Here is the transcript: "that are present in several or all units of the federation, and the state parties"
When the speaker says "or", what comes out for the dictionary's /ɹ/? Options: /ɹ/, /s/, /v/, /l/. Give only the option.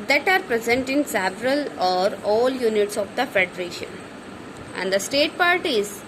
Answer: /ɹ/